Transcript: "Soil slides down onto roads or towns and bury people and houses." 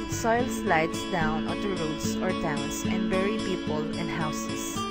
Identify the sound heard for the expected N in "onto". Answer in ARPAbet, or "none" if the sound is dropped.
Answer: none